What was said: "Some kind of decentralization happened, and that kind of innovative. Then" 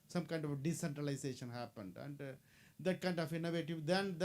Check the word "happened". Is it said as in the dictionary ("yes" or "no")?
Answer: yes